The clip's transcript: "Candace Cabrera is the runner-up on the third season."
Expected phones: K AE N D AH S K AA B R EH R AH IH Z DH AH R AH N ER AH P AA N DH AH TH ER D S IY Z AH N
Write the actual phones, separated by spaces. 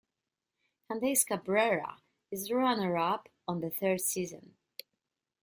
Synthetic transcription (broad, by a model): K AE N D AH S K AA B R EH R AH IH Z R AH N ER AH P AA N DH AH TH ER D S IY Z AH N